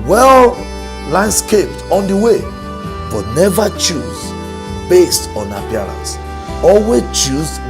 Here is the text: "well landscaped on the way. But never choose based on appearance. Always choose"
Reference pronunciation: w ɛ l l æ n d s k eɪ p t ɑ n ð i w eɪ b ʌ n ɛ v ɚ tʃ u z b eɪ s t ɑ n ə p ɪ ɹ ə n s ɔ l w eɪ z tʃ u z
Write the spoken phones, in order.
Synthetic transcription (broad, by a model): w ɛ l l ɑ n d s k eɪ p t ɑ n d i w eɪ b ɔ n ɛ v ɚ tʃ u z b eɪ s t ɑ n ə p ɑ ɹ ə n s ɔ l w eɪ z tʃ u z